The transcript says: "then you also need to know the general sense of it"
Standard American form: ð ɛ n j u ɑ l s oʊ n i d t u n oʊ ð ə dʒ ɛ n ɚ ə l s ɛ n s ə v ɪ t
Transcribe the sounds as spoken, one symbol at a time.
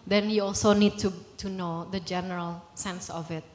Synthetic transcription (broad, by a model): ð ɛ n j u ɑ l s oʊ n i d t u n oʊ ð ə dʒ ɛ n ɚ ə l s ɛ n s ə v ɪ t